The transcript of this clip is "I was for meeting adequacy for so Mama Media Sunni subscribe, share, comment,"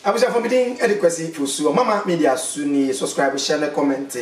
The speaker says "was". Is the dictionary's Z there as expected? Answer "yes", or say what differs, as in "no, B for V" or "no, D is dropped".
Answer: no, S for Z